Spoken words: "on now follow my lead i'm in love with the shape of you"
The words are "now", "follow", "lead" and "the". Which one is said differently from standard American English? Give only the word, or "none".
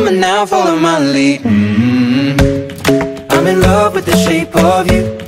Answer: lead